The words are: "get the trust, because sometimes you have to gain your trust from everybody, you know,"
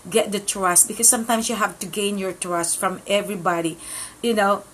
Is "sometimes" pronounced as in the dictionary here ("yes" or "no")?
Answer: no